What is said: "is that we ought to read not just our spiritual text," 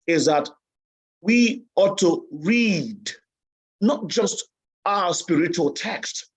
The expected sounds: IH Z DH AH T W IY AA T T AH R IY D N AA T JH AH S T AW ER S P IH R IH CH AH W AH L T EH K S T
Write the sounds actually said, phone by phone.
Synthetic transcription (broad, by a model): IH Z DH AH T W IY AA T T AH R IY D N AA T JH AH S T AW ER S P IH R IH CH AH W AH L T EH K S T